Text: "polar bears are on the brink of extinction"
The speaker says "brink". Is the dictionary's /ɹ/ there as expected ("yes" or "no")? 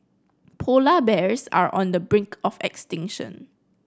yes